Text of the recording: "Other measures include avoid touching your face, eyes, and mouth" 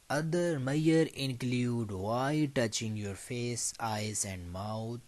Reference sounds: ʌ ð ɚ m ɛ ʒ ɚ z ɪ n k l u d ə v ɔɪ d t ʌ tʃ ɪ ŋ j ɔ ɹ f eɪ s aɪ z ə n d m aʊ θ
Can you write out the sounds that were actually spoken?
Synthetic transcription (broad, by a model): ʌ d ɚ m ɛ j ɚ ɪ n k l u d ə ɪ t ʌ tʃ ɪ ŋ j ɔ ɹ f eɪ s aɪ z ə n d m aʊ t